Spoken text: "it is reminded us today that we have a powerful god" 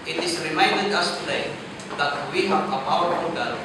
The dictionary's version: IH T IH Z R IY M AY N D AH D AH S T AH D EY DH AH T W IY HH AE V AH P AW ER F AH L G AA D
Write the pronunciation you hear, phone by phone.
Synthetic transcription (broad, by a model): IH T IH S R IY M AY N D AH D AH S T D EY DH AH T W IY HH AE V AH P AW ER AH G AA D